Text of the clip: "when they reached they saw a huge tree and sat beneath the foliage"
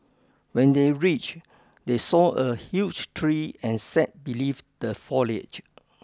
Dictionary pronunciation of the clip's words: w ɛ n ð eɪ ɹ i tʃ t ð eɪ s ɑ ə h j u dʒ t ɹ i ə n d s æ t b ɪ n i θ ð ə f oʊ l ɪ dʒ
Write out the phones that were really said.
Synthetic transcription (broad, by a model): w ɛ n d eɪ ɹ i tʃ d eɪ s ɑ ə h j u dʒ t ɹ i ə n s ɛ t b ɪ l i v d ə f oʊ l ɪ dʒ